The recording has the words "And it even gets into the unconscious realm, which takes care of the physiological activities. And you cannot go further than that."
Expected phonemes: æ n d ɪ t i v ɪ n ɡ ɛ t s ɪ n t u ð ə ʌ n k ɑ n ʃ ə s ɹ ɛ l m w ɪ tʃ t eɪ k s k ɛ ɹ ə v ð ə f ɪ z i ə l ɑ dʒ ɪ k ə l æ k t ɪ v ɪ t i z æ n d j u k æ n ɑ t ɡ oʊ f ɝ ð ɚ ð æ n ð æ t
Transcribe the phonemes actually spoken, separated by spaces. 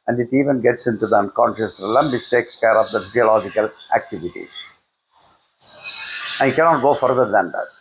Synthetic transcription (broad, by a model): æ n d ɪ t i v ɪ n ɡ ɛ t s ɪ n t u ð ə ʌ n k ɑ n ʃ ə s l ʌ m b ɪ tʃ t eɪ k s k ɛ ɹ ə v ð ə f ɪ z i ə l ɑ dʒ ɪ k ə l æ k t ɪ v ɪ t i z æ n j k æ n ɑ t ɡ oʊ f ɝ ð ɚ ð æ n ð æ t